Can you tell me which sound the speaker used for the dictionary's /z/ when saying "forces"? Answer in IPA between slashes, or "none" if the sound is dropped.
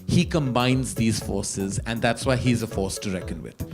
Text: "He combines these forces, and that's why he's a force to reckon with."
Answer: /z/